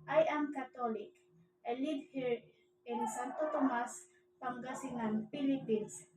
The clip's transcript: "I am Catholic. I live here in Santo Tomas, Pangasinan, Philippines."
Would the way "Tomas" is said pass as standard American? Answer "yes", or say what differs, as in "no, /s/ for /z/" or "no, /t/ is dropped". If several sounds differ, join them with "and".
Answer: yes